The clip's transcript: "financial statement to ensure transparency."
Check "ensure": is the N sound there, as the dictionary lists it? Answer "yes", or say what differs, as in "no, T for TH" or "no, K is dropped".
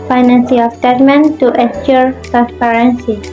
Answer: no, N is dropped